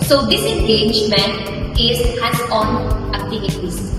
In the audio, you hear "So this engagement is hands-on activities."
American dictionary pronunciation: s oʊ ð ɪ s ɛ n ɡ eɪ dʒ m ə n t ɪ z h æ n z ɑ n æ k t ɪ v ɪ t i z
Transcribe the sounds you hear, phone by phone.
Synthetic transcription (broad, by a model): s oʊ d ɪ s ɛ n ɡ eɪ dʒ m ə n t ɪ z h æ z ɑ n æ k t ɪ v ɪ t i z